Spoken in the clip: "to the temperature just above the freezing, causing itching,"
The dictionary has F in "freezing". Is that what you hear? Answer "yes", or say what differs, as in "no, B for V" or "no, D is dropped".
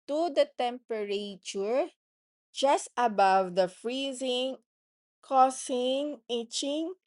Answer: yes